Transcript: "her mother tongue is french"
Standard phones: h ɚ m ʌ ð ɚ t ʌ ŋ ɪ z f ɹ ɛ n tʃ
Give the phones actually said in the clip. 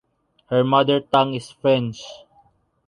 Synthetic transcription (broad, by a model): h ɚ m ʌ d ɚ t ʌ ŋ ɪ s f ɹ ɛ n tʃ